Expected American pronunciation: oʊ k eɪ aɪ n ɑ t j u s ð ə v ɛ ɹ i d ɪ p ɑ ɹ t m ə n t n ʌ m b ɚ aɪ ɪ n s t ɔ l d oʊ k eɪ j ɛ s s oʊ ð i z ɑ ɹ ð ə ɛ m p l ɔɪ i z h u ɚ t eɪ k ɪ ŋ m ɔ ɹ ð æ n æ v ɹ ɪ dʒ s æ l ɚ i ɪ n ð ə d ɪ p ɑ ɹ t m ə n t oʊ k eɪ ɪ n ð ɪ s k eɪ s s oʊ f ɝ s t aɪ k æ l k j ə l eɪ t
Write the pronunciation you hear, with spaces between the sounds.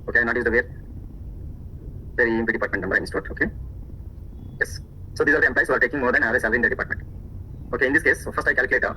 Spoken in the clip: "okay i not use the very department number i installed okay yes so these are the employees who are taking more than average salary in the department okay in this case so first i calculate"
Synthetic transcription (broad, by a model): oʊ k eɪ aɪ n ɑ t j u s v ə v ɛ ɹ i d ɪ p ɑ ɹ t m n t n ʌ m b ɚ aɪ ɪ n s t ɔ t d oʊ k eɪ j ɛ s s oʊ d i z ɑ ɹ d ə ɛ m p l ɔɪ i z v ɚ t eɪ k ɪ ŋ m ɔ ɹ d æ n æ ɹ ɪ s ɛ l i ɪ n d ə d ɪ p ɑ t m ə n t oʊ k eɪ ɪ n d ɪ s k eɪ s s oʊ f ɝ s t aɪ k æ l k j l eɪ t